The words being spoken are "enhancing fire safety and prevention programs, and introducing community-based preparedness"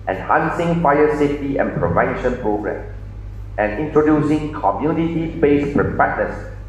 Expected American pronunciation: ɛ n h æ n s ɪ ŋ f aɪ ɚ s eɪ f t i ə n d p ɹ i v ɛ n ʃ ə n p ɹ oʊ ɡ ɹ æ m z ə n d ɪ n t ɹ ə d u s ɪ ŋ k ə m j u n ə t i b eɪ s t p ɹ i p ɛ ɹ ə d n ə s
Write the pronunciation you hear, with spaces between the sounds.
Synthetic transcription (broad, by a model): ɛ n h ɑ n s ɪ ŋ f aɪ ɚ s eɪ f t i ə n p ɹ i v ɛ n ʃ ə n p ɹ oʊ ɡ ɹ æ m ə n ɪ n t ɹ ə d u s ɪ ŋ k ə m j u n ə t i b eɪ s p ɹ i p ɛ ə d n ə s